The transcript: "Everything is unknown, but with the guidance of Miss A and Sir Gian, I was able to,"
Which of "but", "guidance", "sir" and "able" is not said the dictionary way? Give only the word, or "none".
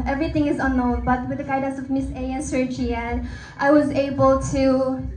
guidance